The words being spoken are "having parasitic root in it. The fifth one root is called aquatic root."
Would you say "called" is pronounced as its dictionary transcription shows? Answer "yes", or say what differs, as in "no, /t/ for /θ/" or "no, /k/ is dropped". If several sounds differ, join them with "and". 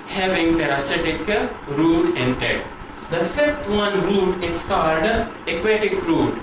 yes